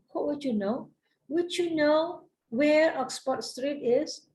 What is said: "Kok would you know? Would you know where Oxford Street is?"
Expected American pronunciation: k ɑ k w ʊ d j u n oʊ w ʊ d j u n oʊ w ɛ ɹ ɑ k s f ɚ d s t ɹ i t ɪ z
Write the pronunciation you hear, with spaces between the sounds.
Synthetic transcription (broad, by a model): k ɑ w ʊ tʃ j u n oʊ w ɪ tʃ j u n oʊ w ɛ ɹ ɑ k s p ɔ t s t ɹ i t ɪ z